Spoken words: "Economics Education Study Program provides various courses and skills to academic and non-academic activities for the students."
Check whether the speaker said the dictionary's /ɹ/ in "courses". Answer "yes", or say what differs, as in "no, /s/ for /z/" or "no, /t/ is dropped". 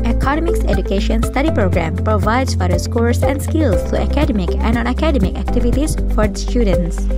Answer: no, /l/ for /ɹ/